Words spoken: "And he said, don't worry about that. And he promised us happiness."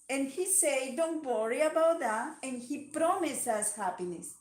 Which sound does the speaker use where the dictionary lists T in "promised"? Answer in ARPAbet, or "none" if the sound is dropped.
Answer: none